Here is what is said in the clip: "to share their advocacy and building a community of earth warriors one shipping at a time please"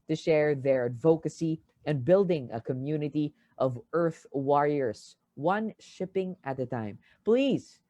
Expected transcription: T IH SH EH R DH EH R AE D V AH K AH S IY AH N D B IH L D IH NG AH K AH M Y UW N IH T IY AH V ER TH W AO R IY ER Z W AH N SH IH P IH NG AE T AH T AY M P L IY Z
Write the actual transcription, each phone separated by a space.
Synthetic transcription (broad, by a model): T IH SH EH R DH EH R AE D V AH K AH S IY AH N B IH L D IH NG AH K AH M Y UW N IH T IY AH V ER TH W AO R IY ER Z W AH N SH IH P IH NG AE T AH T AY M P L IY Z